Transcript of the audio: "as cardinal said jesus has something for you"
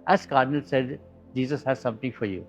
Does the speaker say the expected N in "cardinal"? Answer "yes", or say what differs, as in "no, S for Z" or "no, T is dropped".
yes